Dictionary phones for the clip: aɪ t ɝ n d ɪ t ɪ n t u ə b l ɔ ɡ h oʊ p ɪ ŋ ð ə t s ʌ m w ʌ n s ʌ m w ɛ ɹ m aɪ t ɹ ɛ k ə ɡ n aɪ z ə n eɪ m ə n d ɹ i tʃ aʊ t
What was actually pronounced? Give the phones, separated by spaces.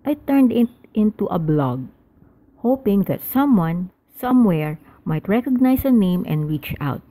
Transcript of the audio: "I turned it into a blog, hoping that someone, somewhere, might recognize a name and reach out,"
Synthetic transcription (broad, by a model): aɪ t ɝ n d ɪ t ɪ n t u ə b l ɔ ɡ h oʊ p ɪ ŋ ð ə t s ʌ m w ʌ n s ʌ m w ɛ ɹ m aɪ t ɹ ɛ k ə ɡ n aɪ s ə n eɪ m ə n d ɹ i tʃ aʊ t